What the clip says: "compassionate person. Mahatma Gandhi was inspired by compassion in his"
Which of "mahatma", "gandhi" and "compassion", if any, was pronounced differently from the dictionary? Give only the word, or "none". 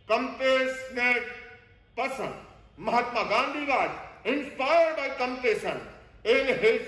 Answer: compassion